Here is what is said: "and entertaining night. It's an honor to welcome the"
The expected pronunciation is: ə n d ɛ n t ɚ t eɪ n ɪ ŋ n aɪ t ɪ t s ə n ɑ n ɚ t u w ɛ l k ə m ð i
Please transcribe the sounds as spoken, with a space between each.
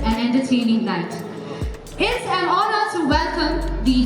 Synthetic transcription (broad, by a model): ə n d ɛ n t ɚ t eɪ n ɪ ŋ l aɪ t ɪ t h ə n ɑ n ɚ t u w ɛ l k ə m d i